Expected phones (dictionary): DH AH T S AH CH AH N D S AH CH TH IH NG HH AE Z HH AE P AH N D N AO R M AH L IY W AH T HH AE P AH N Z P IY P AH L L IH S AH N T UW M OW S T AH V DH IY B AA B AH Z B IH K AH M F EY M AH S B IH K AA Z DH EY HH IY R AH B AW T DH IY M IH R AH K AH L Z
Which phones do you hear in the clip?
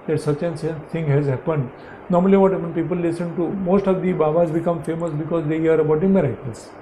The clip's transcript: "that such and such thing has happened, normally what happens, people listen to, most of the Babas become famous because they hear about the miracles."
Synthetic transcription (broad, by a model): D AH T S AH CH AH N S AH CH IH NG HH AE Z HH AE P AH N D N AO R M AH L IY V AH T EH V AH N P IY P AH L L IH S AH N T UW M OW S T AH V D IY B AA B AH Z B IH K AH M F EY M AH S B IH K AA Z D EY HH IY R AH B AW T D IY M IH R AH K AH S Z